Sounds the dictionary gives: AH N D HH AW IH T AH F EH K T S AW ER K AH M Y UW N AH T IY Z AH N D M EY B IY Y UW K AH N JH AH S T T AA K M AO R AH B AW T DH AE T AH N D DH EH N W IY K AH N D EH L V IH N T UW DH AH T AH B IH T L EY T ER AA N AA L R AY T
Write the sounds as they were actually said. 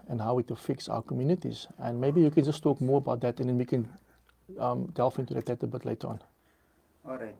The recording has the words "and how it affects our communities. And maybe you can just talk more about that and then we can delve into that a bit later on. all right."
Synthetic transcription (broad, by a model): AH N HH AW IH T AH F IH K S AW ER K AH M Y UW N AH T IY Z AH N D M EY B IY Y UW K AH N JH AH S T T AA K M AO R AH B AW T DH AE T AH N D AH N W IY K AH N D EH L F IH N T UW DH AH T AH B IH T L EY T AA N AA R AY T